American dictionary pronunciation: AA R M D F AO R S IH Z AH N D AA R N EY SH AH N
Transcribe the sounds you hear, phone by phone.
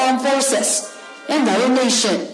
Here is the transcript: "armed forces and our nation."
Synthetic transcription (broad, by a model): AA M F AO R S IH S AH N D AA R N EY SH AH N